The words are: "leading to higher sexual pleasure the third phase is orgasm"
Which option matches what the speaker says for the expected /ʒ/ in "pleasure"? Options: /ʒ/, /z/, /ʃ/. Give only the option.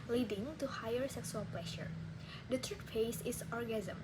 /ʃ/